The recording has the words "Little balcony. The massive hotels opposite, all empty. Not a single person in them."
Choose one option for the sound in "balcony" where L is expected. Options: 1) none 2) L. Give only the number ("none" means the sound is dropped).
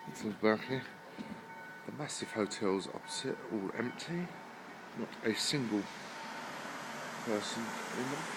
1